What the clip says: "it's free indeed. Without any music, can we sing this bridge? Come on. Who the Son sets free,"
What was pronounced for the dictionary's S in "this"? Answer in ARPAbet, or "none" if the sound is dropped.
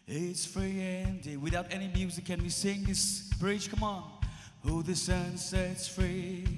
S